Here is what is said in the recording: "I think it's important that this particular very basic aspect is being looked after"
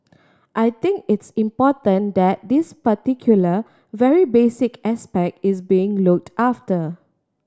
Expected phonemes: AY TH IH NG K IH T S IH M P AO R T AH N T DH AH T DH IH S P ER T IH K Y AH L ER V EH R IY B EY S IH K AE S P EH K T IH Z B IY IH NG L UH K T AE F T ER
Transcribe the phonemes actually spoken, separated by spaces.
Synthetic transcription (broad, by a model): AY T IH NG K IH T S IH M P AO T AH N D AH T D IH S P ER T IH K Y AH L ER V EH R IY B EY S IH K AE S P EH K T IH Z B IY IH NG L UH K T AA F T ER